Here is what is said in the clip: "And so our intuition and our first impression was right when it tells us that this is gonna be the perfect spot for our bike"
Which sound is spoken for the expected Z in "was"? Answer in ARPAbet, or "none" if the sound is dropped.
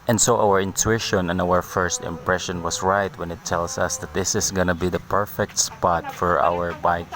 S